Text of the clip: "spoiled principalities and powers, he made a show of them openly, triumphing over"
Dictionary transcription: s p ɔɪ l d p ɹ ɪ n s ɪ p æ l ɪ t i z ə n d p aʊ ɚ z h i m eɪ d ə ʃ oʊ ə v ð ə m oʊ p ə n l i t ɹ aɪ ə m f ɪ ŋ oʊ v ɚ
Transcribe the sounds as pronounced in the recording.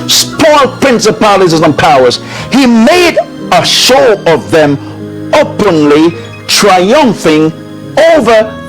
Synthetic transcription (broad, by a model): s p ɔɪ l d p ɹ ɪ n s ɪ p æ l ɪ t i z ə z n p aʊ ɚ z h i m eɪ d ə ʃ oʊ ə v ð ə m oʊ p ə n l i t ɹ aɪ ə m f ɪ ŋ oʊ v ɚ